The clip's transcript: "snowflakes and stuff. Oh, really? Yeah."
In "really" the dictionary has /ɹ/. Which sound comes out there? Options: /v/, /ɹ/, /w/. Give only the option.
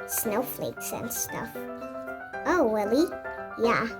/w/